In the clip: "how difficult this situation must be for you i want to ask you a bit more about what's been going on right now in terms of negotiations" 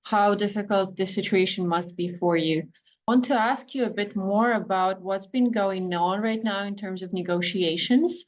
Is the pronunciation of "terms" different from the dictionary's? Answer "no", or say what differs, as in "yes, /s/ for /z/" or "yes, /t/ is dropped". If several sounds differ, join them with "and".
no